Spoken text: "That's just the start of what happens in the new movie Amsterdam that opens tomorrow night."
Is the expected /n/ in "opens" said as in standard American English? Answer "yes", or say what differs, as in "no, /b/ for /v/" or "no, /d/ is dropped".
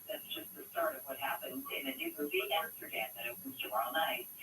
no, /n/ is dropped